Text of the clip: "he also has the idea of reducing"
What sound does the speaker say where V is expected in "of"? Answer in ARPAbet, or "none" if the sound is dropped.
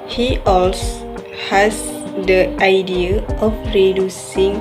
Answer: P